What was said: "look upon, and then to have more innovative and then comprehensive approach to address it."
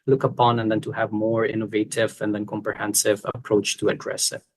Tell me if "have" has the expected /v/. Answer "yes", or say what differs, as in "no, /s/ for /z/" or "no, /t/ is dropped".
yes